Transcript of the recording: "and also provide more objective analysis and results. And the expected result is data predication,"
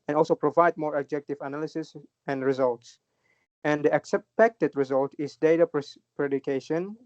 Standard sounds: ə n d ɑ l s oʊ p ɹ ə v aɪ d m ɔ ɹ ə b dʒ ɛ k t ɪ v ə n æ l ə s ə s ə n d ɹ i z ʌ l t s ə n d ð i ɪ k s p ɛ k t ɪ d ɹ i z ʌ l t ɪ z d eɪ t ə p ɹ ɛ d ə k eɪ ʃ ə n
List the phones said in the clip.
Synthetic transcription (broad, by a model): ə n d ɑ l s oʊ p ɹ ə v aɪ d m ɔ ɹ ə b dʒ ɛ k t ɪ v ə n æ l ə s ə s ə n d ɹ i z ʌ l t s ə n d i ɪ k s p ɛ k t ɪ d ɹ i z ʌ l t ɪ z d eɪ t ə p ɹ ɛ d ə k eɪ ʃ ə n